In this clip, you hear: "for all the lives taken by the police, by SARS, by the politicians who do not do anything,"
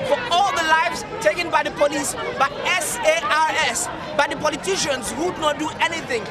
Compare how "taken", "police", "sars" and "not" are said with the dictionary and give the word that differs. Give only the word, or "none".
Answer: sars